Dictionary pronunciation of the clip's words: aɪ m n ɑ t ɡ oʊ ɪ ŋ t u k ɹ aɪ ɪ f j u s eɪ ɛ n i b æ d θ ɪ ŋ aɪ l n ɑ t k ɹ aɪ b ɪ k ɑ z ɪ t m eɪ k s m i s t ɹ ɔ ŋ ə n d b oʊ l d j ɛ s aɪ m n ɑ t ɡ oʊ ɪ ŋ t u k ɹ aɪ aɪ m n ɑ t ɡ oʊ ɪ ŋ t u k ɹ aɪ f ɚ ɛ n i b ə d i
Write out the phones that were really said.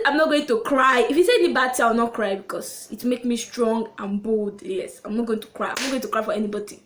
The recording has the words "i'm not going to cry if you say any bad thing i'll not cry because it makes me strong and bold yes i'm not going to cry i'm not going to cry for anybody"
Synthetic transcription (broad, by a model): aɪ m n ɑ t ɡ oʊ ɪ ŋ t u k ɹ aɪ ɪ f j u s eɪ ɛ n i b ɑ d t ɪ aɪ w n ɑ t k ɹ aɪ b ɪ k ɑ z ɪ t m eɪ k s m i s t ɹ ɔ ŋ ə n b oʊ l d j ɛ s aɪ m n ɑ t ɡ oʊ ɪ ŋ t u k ɹ aɪ aɪ m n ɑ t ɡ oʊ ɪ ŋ t u k ɹ aɪ f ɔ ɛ n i b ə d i